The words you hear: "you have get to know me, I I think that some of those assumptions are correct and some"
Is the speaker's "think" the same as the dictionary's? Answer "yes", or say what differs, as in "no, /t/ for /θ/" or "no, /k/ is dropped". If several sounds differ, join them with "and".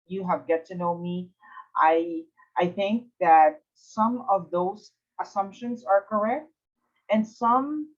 yes